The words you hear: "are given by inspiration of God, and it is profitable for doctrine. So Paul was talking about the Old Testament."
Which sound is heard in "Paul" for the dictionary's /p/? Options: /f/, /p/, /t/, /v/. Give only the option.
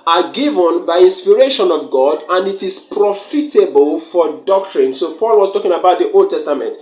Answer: /f/